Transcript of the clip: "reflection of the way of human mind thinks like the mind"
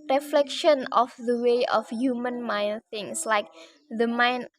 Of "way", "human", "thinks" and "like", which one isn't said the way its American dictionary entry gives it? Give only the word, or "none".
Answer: thinks